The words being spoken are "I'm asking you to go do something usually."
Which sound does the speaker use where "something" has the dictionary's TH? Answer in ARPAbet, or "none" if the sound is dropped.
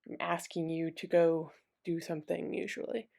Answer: TH